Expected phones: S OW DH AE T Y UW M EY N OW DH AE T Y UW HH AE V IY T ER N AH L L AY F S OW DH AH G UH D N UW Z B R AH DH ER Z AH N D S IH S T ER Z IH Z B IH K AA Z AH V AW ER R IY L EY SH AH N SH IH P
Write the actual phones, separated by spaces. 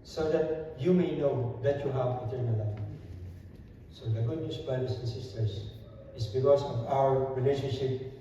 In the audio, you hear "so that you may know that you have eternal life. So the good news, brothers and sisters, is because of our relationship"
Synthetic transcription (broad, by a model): S OW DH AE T Y UW M EY N OW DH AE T Y UW HH AE V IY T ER N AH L L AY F S OW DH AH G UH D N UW S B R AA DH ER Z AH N S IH S T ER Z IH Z B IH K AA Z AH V AW ER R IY L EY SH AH N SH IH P